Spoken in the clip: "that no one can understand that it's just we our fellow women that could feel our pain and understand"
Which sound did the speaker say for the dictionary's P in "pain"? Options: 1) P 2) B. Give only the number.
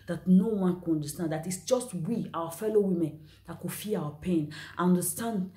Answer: 1